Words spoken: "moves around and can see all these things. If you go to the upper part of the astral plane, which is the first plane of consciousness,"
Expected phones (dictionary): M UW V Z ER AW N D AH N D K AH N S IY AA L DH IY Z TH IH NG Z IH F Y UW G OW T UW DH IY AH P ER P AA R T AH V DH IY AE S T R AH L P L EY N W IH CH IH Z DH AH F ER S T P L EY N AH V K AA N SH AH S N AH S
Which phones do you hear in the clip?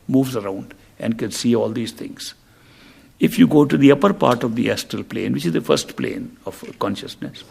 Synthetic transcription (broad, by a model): M UW V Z ER AW N D AH N D K AH N S IY AA L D IY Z T IH NG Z IH F Y UW G OW T UW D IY AH P ER P AA R T AH V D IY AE S T AH L P L EY N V IH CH IH Z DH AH F ER S T P L EY N AH V K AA N SH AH S N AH S